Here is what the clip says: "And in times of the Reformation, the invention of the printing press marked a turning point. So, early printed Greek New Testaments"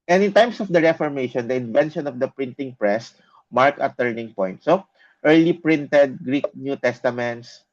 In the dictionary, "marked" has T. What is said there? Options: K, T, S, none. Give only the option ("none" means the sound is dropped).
none